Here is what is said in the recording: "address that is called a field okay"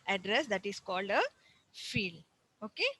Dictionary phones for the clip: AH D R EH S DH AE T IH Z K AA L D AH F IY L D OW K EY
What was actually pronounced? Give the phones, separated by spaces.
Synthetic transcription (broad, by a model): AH D R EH S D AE T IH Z K AA L D AH F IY L OW K EY